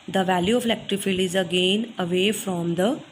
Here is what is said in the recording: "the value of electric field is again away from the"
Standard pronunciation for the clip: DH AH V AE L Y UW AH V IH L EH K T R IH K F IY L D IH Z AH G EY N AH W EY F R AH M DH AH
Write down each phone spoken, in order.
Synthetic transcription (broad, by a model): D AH V AE L Y UW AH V L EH K T R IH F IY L IH Z AH G EY N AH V EY F R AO M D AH